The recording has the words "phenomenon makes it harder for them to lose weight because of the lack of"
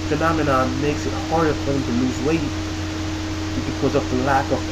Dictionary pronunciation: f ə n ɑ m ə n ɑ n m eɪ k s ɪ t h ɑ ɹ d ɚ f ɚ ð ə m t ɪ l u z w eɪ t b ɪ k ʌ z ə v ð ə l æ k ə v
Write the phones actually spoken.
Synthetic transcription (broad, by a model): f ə n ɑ m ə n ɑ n m eɪ k s ɪ t h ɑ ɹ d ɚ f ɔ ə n t ɪ l u z w eɪ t b ɪ k ʌ z ə v ð ə l æ k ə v